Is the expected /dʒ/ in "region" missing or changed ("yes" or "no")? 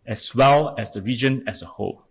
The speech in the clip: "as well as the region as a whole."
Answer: no